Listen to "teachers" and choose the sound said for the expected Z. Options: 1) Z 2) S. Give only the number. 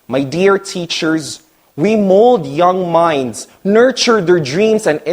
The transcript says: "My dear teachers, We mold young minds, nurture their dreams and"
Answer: 1